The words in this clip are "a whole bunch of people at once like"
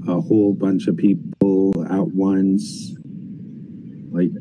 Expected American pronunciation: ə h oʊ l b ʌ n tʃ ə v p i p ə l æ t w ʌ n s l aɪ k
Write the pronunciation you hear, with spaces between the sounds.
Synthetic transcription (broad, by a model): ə h oʊ l b ʌ n tʃ ə v p i p l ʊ t w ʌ n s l aɪ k